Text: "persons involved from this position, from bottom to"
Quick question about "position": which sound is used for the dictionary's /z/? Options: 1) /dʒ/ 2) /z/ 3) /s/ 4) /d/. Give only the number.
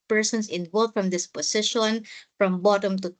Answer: 3